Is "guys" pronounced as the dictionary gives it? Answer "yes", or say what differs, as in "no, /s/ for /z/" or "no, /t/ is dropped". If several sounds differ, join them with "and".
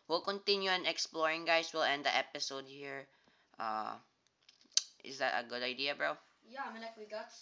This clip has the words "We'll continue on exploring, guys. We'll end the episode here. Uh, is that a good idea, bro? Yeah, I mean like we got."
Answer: no, /s/ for /z/